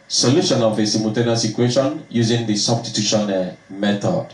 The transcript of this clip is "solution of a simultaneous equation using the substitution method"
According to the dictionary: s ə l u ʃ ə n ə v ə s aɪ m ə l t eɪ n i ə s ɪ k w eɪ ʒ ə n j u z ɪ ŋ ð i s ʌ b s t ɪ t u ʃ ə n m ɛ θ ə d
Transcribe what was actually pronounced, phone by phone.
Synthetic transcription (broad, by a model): s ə l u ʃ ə n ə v ə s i m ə t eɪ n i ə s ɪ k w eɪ ʃ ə n j u z ɪ ŋ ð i s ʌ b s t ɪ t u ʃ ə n m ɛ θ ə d